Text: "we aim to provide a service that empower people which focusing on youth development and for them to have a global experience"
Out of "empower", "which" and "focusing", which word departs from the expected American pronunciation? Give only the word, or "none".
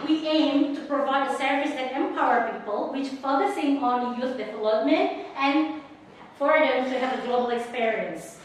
none